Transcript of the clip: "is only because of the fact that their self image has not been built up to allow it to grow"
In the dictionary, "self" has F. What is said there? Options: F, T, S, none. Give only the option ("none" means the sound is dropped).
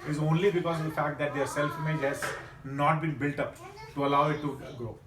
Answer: F